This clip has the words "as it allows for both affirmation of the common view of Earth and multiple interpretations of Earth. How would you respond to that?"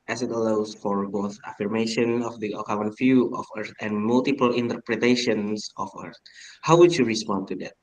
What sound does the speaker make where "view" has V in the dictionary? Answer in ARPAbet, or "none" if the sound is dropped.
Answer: F